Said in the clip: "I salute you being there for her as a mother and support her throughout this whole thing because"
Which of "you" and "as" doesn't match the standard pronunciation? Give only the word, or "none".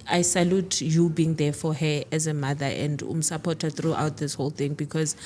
none